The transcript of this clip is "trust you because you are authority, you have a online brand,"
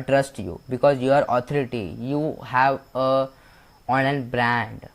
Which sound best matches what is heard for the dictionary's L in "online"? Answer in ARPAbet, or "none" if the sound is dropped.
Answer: none